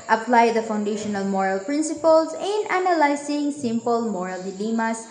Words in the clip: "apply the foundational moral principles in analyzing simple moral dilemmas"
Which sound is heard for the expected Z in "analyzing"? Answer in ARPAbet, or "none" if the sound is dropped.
S